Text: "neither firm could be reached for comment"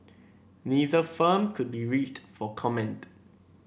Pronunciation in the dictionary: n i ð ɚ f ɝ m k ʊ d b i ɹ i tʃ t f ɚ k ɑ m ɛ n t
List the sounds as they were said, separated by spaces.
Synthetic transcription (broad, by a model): n i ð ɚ f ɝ m k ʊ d b i ɹ i tʃ t f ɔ k ɑ m ɛ n t